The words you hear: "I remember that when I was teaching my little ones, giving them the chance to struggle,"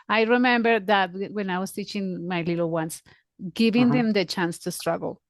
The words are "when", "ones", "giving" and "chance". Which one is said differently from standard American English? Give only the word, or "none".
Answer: ones